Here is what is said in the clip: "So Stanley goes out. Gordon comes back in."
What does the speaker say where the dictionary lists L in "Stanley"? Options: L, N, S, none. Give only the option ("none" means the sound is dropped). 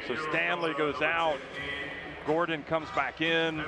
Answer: L